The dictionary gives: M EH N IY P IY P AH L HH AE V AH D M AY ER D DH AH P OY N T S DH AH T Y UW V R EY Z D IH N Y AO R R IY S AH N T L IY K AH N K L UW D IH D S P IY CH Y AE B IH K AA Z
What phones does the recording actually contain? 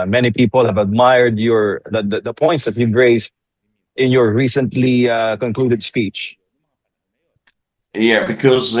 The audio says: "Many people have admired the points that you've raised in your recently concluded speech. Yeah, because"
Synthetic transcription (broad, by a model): M EH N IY P IY P AH L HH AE V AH D M AY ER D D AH P OY N T S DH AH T Y UW V R EY S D IH N Y AO R R IY S AH N T L IY K AH N K L UW D IH D S P IY CH Y AE B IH K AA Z